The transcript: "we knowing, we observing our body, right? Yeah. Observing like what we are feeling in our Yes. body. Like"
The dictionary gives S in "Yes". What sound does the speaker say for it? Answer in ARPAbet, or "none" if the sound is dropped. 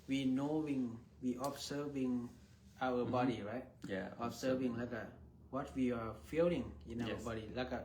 none